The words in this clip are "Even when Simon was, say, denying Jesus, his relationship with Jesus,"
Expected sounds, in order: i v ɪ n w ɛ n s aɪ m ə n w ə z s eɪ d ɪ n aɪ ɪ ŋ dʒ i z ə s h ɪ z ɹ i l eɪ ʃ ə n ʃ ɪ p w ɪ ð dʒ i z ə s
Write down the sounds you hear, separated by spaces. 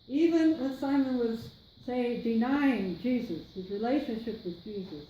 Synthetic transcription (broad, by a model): i v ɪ n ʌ s aɪ m ə n w ə z s eɪ d ɪ n aɪ ɪ ŋ dʒ i z ə s h ɪ z ɹ i l eɪ ʃ ə n ʃ ɪ p w ɪ ð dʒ i z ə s